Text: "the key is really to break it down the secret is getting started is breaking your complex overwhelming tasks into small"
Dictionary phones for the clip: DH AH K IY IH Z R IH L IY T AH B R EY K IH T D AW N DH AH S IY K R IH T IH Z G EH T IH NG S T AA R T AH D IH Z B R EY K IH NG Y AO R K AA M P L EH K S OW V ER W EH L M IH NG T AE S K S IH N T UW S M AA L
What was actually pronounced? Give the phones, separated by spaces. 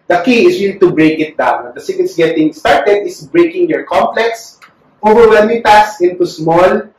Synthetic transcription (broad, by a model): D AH K IY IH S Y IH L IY T AH B R EY K IH T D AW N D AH S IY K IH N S G EH T IH NG S T AA R T AH D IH S B R EY K IH NG Y AO R K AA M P L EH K S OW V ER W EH M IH T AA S S IH N T UW S M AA L